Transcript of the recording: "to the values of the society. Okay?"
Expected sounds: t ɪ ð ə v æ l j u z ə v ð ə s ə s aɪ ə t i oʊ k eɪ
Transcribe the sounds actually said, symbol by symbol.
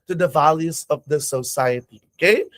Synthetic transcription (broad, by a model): t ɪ ð ə v æ l j u z ə v ð ə s ə s aɪ ə t i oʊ k eɪ